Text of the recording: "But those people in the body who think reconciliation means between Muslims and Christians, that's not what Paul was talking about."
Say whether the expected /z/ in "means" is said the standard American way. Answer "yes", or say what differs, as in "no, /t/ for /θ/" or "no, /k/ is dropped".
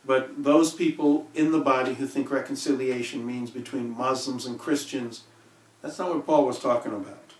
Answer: yes